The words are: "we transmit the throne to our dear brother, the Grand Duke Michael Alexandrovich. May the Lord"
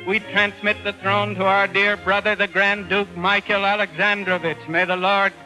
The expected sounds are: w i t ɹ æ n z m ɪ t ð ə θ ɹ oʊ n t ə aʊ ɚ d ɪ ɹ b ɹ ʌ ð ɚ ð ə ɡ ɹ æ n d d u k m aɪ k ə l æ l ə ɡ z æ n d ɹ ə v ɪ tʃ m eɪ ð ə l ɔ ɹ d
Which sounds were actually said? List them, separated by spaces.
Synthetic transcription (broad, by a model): w i t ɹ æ n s m ɪ t ð ə θ ɹ oʊ n t ə aʊ ɚ d ɪ ɹ b ɹ ʌ ð ɚ ð ə ɡ ɹ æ n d d u k m aɪ k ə l æ l ə ɡ z æ n d ɹ ə v ɪ tʃ m eɪ ð ə l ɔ ɹ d